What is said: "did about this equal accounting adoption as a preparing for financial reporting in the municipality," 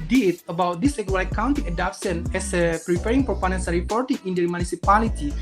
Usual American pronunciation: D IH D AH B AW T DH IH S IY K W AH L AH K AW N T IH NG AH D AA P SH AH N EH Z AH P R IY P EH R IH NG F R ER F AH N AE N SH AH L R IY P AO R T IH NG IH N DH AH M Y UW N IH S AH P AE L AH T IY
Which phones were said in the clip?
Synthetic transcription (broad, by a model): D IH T AH B AW T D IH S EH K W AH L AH K AW N T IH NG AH D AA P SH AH N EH S AH P R IY P EH R IH NG P R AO P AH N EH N S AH R IY P AO R T IH NG IH N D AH M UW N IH S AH P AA L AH T IY